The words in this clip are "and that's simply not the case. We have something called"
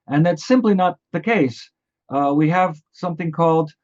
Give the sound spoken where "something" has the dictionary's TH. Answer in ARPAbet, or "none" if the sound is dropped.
TH